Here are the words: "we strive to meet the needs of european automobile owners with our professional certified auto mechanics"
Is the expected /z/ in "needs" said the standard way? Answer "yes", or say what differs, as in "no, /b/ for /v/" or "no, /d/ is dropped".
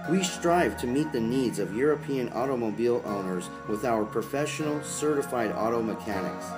yes